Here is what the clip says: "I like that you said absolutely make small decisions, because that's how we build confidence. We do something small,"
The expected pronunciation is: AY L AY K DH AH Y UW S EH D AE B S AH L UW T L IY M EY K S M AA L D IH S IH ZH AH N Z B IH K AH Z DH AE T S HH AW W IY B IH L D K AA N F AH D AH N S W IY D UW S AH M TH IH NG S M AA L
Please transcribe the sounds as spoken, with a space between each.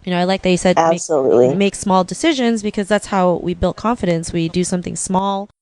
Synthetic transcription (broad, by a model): AY L AY K DH AH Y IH S EH D AE B S AH L UW T L IY M EY K S M AA L D IH S IH ZH AH N Z B IH K AH Z DH AE T S HH AW W IY B IH L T K AA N F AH D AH N S W IY D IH S AH M TH IH NG S M AA L